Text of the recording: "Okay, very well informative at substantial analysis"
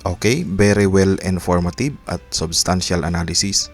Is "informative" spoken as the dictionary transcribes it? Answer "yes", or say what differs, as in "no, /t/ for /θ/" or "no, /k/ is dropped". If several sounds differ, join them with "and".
no, /b/ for /v/